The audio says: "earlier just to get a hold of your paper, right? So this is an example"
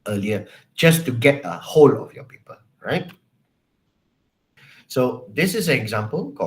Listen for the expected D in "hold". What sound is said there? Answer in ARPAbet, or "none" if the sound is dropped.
none